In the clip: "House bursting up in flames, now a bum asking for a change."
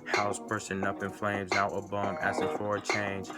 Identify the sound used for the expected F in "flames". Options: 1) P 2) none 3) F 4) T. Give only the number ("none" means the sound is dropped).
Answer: 3